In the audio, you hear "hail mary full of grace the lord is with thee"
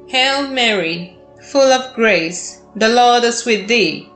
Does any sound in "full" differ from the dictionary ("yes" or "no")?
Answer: no